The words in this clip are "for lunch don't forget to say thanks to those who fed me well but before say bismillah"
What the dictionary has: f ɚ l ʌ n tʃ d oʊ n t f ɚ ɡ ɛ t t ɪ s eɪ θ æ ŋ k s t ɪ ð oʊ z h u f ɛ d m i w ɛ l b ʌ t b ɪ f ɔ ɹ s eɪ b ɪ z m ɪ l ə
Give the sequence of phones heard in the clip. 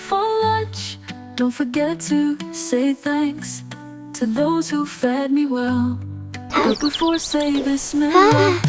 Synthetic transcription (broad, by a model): f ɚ l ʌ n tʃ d oʊ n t f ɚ ɡ ɛ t t ɪ s eɪ θ æ ŋ k s t ɪ ð oʊ z h u f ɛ d m i w ɛ l b ʌ t b ɪ f ɔ ɹ s eɪ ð ɪ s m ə